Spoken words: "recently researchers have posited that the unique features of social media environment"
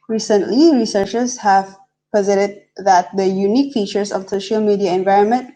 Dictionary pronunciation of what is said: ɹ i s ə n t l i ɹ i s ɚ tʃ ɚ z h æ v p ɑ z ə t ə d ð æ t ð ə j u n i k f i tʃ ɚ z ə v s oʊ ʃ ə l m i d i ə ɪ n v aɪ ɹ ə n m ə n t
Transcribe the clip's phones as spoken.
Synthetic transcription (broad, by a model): ɹ i s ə n t l i ɹ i s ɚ tʃ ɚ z h æ v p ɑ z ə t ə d ð æ t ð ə j u n i k f i tʃ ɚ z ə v s oʊ ʃ ə l m i d i ə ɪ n v aɪ ɹ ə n m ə n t